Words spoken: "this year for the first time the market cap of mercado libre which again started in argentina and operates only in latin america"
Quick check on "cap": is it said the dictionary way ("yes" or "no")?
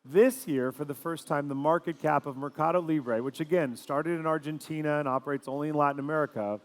yes